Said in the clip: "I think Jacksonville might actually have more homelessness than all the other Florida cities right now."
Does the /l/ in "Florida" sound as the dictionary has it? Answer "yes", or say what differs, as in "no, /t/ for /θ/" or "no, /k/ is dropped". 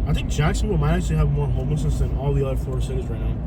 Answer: no, /l/ is dropped